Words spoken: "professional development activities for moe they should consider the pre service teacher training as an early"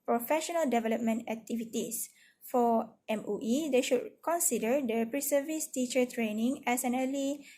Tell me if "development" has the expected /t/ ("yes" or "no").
yes